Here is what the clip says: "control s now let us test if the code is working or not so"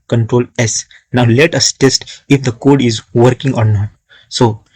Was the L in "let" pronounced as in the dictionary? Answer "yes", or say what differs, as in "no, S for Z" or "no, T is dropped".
yes